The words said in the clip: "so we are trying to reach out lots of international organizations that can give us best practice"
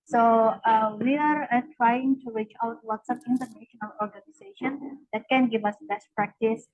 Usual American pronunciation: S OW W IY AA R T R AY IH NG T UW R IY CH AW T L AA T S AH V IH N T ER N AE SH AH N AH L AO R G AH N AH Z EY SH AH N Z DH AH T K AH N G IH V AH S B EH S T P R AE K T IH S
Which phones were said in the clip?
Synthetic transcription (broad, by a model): S OW W IY AA R T R AY IH NG T UW R IY CH AW T W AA T S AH P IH N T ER N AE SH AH N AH L AO R G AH N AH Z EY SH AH N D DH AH T K AH N G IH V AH S B EH S T P R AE K T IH S